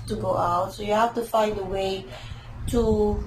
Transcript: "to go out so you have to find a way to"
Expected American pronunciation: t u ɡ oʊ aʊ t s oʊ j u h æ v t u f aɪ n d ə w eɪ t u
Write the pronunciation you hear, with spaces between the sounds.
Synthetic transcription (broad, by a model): t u ɡ oʊ aʊ t s oʊ j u h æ f t u f aɪ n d ə w eɪ t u